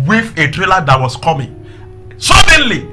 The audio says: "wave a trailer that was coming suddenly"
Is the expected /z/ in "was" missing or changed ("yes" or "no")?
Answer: yes